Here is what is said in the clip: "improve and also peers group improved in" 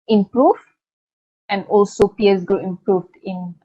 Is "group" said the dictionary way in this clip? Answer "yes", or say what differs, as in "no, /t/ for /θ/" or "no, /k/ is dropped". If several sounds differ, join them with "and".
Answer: no, /p/ is dropped